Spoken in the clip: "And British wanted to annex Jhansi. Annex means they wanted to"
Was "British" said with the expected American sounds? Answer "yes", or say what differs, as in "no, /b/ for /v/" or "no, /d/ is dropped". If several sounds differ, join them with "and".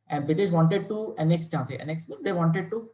no, /ɹ/ is dropped